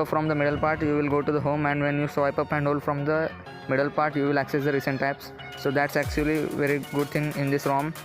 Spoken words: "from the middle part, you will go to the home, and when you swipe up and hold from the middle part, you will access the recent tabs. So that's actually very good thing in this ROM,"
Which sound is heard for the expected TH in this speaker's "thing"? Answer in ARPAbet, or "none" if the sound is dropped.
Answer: T